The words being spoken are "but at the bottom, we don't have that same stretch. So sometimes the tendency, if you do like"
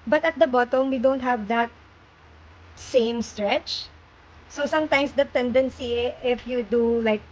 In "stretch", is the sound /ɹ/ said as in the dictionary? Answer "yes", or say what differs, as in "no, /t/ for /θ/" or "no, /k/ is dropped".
yes